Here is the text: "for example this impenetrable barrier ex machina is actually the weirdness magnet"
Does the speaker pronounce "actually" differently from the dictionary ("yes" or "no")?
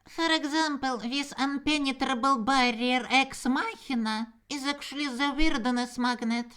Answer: yes